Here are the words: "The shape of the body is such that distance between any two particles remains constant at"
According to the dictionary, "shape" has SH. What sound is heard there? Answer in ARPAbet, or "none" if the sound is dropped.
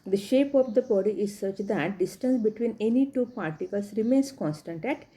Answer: SH